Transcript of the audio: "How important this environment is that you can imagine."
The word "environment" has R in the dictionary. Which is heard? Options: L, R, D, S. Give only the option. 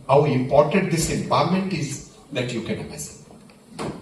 L